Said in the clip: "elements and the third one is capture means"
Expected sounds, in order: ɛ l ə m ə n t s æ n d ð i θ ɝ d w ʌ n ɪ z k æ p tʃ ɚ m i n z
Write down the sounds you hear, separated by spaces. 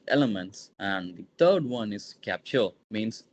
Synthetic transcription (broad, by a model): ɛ l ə m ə n t s æ n d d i t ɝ d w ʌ n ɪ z k æ p tʃ ɚ m i n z